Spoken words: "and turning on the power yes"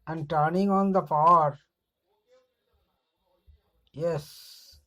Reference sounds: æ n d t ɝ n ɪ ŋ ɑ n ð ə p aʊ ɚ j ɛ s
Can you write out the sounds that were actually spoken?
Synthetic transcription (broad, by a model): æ n d t ɝ n ɪ ŋ ɑ n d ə f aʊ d j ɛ s